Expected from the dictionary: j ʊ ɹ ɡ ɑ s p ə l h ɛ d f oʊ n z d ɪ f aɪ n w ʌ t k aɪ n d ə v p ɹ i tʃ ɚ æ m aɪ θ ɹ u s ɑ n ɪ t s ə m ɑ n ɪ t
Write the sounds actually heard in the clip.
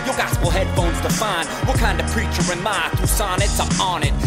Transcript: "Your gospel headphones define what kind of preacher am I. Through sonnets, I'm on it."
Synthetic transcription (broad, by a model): j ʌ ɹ ɡ ɑ s p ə l h ɛ d f oʊ n z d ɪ f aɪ n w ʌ k aɪ n d ə v p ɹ i tʃ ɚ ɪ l aɪ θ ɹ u s ɑ n ɪ t s ə m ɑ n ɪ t